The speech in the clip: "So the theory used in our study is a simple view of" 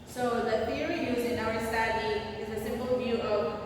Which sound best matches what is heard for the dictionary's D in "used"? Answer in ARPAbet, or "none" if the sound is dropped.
none